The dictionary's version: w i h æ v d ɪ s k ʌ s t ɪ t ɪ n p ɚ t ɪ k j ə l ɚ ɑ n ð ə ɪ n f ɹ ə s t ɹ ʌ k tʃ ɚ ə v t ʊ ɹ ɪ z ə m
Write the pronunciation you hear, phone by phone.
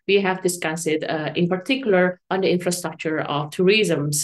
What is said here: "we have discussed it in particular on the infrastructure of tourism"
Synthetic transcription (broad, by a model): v i h æ v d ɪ s k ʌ s ɪ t ɪ n p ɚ t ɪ k j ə l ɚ ɑ n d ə ɪ n f ɹ ə s t ɹ ʌ k tʃ ɚ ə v t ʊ ɹ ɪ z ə m